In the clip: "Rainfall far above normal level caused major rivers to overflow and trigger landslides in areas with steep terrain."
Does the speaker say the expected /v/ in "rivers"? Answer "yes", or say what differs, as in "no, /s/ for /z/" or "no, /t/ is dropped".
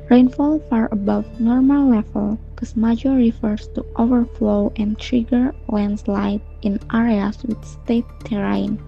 no, /f/ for /v/